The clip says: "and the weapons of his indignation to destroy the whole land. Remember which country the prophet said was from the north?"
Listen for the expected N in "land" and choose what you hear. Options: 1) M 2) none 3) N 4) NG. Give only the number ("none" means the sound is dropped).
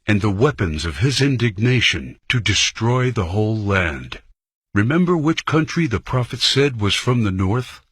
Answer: 3